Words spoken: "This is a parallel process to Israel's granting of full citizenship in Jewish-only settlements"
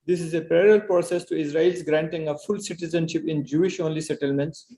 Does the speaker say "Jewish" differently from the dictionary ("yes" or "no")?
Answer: no